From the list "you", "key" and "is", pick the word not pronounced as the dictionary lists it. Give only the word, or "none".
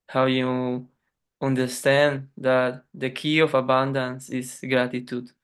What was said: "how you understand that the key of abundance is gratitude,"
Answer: is